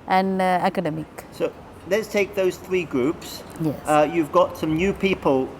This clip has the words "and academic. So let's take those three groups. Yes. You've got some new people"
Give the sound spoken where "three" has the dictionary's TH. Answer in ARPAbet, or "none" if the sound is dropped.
TH